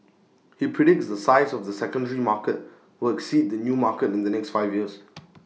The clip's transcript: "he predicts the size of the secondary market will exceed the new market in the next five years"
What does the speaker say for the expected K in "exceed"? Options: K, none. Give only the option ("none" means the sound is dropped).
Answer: K